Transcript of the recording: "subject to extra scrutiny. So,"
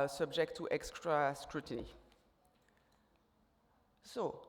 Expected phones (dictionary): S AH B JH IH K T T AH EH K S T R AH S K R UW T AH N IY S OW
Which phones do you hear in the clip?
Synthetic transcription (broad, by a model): S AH B JH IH K T T EH K S T R AH S K R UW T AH N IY S OW